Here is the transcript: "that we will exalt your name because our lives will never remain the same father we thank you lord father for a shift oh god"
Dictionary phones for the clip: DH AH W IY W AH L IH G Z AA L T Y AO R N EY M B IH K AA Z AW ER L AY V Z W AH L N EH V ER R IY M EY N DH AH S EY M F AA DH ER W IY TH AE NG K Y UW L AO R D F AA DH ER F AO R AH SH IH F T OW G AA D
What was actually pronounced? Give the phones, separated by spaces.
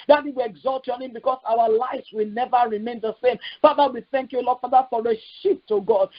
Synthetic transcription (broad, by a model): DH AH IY W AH IH G Z AA L T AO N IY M B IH K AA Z AW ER L AY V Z W AH L N EH V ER R IY M EY N DH AH S EY M F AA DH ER W IY TH AE NG K Y UW L AO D F AA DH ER F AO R AH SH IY P T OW G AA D